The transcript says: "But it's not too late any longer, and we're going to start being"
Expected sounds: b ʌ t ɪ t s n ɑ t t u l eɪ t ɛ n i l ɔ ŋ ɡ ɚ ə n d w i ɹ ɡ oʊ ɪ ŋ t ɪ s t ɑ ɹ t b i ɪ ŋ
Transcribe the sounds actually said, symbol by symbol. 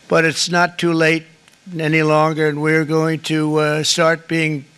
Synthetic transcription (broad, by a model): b ʌ t ɪ t s n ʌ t t u l eɪ t ɛ n i l ɔ ŋ ɡ ɚ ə n w i ɹ ɡ oʊ ɪ ŋ t ɪ s t ɑ ɹ t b i ɪ ŋ